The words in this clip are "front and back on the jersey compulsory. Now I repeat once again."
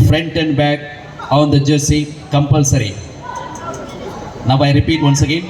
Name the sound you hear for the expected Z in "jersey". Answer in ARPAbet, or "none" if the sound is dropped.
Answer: S